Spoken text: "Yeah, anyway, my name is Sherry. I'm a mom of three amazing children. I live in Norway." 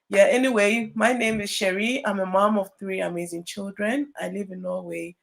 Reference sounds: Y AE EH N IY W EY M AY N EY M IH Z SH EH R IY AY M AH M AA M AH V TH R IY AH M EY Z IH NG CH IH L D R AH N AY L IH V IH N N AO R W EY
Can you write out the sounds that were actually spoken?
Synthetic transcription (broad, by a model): Y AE EH N IY W EY M AY N EY M IH Z SH EH R IY AY M AH M AA M AH V TH R IY AH M EY Z IH NG CH IH L D R AH N AY L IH V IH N N AO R W EY